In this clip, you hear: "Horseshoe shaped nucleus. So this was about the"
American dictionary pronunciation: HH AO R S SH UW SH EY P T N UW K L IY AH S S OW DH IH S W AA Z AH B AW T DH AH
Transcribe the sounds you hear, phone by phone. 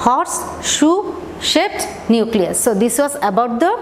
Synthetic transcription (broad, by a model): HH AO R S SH UW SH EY T N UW K L IY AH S S OW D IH S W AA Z AH B AW T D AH